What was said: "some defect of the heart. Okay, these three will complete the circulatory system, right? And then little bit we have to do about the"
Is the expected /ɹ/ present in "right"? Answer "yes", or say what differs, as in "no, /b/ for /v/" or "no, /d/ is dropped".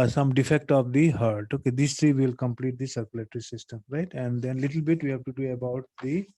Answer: yes